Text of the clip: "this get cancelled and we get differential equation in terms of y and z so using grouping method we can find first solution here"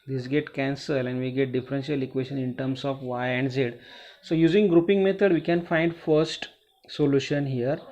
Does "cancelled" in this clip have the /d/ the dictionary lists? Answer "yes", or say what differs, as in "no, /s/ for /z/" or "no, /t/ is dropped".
no, /d/ is dropped